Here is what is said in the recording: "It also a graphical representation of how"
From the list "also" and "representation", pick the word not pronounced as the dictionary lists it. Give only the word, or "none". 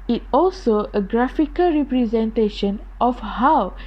none